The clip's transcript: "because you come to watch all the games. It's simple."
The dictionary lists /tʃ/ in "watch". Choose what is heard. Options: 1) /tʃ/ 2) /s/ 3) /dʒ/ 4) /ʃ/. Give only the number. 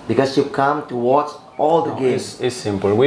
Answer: 2